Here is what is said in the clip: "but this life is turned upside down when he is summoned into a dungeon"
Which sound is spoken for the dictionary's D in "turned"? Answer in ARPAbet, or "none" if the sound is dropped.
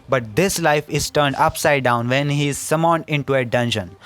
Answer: D